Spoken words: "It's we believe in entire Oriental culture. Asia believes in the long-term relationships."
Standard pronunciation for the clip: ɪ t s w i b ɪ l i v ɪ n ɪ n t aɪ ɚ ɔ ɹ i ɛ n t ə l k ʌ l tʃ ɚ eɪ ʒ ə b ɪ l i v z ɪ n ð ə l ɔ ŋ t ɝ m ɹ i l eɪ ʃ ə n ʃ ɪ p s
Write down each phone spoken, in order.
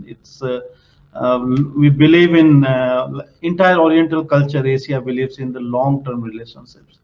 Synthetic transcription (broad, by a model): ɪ t s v i b ɪ l i v ɪ n ɪ n t aɪ ɚ ɔ ɹ i ɛ n t ə l k ʌ l tʃ ɚ eɪ s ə b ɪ l i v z ɪ n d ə l ɔ ŋ t ɝ m ɹ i l eɪ ʃ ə n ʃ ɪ p s